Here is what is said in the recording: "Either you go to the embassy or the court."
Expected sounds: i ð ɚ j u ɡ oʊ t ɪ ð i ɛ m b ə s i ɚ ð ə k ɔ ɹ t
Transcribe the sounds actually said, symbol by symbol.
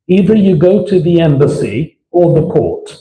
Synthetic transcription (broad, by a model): i ð ɚ j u ɡ oʊ t ɪ ð i ɛ m b ə s i ɚ ð ə k ɔ ɹ t